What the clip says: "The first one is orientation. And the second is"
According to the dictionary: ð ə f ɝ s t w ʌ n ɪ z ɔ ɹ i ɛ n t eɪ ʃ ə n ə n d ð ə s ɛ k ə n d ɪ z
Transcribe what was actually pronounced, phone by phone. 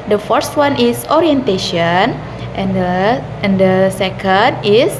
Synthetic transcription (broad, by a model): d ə f ɝ s t w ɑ n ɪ s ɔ ɹ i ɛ n t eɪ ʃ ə n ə n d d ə s ɛ k ə n d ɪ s